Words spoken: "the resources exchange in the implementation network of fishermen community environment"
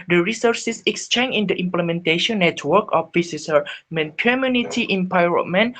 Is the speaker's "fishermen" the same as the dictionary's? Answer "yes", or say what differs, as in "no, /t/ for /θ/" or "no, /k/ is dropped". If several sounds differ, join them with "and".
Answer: no, /s/ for /ʃ/